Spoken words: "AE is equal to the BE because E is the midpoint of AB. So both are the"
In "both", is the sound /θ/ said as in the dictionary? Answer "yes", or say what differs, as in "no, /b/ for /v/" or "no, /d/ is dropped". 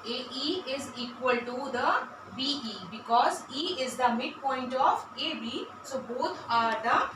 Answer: no, /t/ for /θ/